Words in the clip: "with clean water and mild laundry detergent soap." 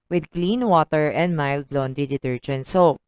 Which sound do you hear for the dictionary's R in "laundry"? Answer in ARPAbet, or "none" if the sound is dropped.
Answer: none